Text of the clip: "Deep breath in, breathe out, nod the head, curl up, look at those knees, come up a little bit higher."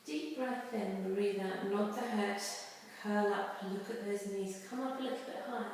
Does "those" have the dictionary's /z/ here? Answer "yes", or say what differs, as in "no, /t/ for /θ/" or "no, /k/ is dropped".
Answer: yes